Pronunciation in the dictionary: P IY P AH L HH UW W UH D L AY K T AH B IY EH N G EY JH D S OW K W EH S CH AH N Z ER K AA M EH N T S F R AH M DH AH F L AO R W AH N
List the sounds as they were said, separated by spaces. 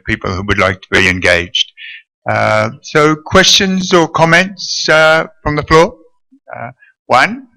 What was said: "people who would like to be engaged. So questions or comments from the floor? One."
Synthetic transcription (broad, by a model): P IY P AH L HH UW W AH D L AY K T AH B IY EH N G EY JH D S OW K W EH S CH AH N Z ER K AA M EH N T S F R AH M DH AH F L AO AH W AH N